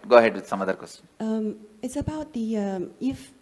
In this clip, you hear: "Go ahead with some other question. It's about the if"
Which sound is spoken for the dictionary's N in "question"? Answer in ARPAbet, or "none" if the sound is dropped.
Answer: none